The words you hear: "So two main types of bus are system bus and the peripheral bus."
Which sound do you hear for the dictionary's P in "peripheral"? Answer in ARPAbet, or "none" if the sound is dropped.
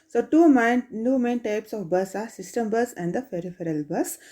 F